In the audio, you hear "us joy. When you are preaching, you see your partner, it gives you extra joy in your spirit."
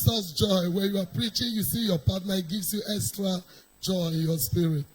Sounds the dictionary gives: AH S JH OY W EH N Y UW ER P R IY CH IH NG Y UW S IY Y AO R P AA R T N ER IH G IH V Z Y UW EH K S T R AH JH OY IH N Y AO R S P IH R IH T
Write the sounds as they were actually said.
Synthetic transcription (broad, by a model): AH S JH OY W EH N Y UW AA P R IY CH IH NG Y UW S IY Y AO P AA T N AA IH G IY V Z Y UW EH K S T R AH JH OY IH N Y AO S P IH R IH T